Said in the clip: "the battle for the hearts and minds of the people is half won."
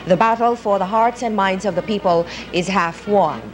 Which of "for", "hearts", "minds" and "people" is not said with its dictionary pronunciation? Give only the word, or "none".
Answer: none